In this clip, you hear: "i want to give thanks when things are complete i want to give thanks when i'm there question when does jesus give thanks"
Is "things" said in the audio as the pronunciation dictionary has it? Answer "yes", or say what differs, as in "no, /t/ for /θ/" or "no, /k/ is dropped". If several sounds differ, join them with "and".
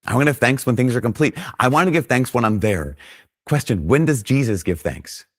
yes